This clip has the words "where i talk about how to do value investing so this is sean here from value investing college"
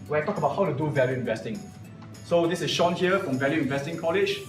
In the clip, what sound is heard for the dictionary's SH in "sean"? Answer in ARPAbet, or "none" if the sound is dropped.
SH